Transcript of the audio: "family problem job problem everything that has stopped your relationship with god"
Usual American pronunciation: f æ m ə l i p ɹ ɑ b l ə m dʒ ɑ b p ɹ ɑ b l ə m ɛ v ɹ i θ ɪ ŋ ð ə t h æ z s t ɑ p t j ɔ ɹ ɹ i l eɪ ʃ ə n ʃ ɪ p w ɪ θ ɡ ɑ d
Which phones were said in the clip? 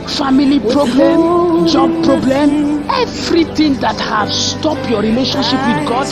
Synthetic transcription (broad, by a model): f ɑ m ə l i p ɹ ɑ b l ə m dʒ ɑ b p ɹ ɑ b l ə m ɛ v ɹ i t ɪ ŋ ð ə t h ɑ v s t ɑ p j ɔ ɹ ɹ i l eɪ ʃ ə n ʃ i p w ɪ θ ɡ ɑ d